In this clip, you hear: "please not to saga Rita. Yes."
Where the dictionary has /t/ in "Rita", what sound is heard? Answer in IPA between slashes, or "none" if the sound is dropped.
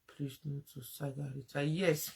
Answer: /s/